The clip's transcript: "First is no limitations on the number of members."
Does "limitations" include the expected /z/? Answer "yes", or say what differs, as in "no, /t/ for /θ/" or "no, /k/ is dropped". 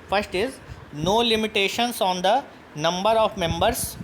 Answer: no, /s/ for /z/